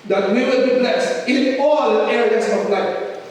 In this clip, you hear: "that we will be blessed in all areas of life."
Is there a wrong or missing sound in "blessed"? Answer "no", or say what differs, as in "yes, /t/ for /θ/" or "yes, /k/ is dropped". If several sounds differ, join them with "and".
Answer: yes, /t/ is dropped